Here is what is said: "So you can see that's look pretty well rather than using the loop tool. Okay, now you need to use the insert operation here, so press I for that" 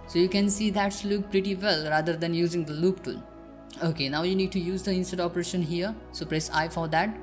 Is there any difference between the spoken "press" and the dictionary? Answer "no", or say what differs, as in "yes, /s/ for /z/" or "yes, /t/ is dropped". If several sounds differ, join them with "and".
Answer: no